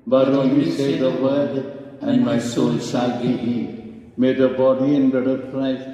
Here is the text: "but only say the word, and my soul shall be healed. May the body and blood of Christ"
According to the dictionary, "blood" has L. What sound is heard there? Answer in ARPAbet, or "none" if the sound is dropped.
none